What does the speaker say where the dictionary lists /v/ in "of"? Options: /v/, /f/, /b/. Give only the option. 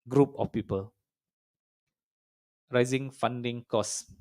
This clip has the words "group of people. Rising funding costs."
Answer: /f/